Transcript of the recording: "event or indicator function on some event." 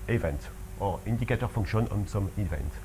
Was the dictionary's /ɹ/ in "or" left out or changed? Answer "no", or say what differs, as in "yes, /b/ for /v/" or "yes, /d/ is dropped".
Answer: no